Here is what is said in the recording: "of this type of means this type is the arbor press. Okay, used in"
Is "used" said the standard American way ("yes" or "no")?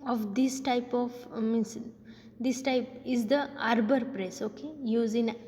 no